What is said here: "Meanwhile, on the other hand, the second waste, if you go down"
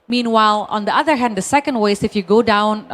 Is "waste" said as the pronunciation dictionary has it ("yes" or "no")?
no